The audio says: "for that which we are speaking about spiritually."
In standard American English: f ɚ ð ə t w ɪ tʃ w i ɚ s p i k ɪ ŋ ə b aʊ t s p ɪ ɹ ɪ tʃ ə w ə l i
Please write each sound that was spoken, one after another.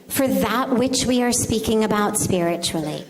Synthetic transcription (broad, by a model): f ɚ ð ə t w ɪ tʃ w i ɚ s p i k ɪ ŋ ə b aʊ t s p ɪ ɹ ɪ tʃ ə l i